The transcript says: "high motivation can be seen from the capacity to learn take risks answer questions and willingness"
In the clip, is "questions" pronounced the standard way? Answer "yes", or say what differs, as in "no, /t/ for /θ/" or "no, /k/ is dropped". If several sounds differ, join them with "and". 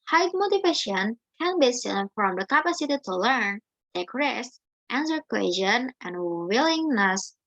no, /z/ is dropped